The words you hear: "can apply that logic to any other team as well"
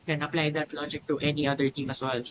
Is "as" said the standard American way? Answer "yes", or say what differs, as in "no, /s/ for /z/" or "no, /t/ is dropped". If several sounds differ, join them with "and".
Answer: no, /s/ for /z/